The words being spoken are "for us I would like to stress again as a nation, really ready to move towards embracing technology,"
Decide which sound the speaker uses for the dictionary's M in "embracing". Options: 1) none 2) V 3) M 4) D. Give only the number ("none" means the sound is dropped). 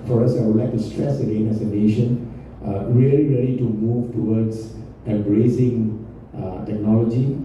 1